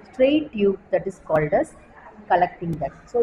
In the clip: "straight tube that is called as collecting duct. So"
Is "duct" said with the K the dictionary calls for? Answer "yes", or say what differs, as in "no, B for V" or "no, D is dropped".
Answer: no, K is dropped